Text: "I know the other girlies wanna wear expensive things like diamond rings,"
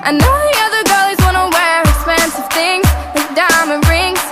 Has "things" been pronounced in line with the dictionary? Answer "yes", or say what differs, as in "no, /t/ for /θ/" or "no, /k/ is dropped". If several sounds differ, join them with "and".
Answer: yes